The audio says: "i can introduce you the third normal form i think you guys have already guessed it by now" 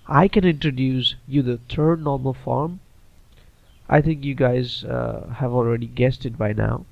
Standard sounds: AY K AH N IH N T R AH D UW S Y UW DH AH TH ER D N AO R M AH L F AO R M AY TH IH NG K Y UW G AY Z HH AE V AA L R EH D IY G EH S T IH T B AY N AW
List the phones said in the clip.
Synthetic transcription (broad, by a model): AY K AH N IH N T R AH D UW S Y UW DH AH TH ER D N AO R M AH L F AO R M AY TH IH NG K Y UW G AY Z HH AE V AA L R EH D IY G EH S T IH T B AY N AW